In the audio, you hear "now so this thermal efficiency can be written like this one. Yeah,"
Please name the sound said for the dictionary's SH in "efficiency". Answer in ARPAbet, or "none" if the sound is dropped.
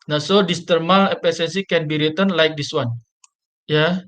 S